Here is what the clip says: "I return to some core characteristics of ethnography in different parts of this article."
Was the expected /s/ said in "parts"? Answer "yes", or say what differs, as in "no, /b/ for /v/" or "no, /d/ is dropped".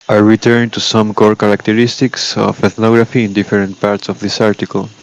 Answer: yes